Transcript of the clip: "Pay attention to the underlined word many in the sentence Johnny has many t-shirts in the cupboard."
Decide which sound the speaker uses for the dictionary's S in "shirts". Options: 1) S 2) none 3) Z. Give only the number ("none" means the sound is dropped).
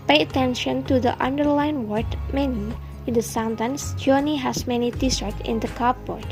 2